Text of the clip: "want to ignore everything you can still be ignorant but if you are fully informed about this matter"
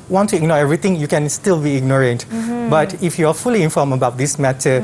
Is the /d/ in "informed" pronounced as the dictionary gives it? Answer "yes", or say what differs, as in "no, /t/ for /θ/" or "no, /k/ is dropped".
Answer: no, /d/ is dropped